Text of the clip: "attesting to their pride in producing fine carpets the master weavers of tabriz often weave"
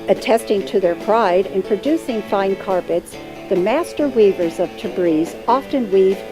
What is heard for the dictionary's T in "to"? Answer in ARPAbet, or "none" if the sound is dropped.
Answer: T